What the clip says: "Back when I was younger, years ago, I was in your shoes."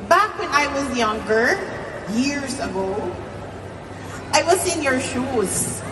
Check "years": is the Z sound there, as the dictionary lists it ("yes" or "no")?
yes